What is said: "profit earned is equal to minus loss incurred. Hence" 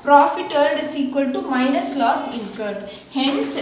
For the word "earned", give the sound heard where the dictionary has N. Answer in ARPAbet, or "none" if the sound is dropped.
L